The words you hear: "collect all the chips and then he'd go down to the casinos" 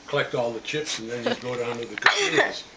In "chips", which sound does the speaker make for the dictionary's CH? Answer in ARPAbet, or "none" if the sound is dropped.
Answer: CH